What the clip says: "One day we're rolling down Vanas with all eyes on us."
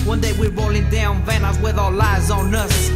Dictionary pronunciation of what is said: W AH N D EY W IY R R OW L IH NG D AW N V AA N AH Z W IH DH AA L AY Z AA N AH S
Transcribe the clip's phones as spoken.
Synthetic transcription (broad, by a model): W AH N D EY W IY R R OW L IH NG D AW N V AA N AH W IH DH AA L AY Z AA N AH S